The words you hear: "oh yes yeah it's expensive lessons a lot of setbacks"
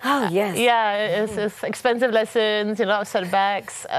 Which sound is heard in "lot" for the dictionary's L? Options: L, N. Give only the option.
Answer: N